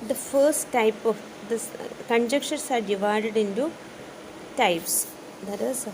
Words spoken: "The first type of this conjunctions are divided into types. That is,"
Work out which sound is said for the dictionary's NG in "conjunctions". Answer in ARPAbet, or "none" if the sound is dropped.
none